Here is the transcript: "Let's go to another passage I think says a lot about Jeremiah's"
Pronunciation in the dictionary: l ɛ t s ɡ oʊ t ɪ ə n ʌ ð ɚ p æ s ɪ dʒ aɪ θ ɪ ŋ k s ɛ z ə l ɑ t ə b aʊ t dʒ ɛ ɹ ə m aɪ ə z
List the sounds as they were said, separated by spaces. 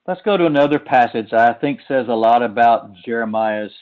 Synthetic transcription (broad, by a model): l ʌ t s ɡ oʊ t ɪ ə n ʌ ð ɚ p æ s ɪ dʒ aɪ θ ɪ ŋ k s ɛ z ə l ɑ t ə b aʊ t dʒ ɛ ɹ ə m aɪ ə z